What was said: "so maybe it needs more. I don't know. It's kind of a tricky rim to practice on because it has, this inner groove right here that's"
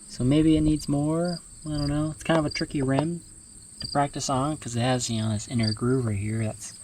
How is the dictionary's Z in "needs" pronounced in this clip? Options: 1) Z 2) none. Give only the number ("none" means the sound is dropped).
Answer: 1